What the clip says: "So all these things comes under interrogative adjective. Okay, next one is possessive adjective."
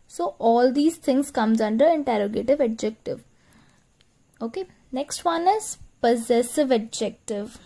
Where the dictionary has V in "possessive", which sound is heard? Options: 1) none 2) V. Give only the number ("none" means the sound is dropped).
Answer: 2